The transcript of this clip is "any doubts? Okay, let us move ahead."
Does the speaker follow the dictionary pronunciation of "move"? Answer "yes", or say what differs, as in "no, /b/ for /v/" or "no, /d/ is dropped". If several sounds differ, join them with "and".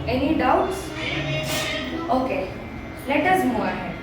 no, /v/ is dropped